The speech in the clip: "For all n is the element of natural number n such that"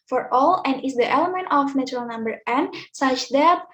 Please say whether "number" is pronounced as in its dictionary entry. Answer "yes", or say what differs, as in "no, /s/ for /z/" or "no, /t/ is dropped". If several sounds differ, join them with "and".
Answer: yes